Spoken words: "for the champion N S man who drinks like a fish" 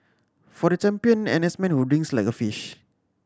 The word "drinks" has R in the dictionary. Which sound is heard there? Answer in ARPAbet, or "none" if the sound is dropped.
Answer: none